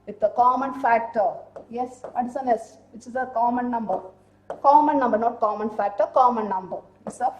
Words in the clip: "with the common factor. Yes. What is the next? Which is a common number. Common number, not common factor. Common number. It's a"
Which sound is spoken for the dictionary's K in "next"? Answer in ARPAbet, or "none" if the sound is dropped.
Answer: none